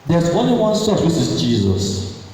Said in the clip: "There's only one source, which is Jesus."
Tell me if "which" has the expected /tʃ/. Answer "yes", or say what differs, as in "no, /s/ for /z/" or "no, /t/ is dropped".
no, /s/ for /tʃ/